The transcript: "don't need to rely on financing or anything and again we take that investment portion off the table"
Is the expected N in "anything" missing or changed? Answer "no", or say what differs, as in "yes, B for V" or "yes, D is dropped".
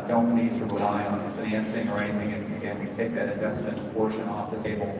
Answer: yes, N is dropped